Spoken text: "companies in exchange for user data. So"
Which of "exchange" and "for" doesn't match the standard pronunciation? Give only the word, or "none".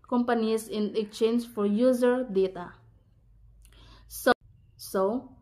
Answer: exchange